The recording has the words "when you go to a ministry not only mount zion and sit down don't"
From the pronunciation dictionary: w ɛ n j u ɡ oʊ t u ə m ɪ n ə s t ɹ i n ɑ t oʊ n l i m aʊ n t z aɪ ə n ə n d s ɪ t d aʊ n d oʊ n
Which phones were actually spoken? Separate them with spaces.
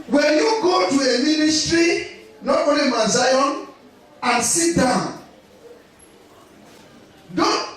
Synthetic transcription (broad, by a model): w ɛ n j u ɡ oʊ t u ə m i n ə s t ɹ i n ɑ t oʊ l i m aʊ z aɪ ə n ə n s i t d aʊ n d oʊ